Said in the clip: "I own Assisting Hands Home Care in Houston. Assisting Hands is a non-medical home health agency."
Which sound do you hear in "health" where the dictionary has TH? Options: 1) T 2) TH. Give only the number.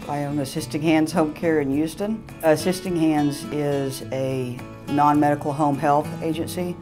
2